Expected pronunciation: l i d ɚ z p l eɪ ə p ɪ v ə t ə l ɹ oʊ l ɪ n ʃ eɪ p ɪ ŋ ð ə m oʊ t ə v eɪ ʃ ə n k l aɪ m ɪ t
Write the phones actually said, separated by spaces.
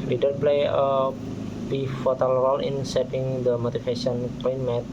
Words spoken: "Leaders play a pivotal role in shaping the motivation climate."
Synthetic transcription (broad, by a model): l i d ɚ p l eɪ ə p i f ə t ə l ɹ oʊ l ɪ n s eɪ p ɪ ŋ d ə m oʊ t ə f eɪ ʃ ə n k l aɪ m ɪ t